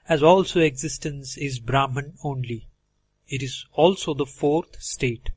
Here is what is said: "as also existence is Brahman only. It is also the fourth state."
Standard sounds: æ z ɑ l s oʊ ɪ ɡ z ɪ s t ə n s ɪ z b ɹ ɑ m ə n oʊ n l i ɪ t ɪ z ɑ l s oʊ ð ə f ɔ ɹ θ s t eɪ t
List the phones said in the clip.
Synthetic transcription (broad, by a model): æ z ɑ l s oʊ ɪ ɡ z ɪ s t ə n s ɪ z b ɹ ɑ m ə n oʊ n l i ɪ t ɪ z ɑ l s oʊ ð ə f ɔ ɹ t s t eɪ t